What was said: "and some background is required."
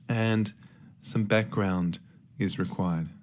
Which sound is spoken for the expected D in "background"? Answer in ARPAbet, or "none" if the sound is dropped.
D